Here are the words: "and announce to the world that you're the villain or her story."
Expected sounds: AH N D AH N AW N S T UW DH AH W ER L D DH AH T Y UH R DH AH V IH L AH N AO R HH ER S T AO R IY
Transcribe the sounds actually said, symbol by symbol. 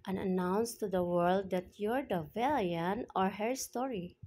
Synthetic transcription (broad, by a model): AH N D AH N AW N S T UW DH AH W ER L D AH T Y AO R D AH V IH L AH N AO R HH ER S T AO R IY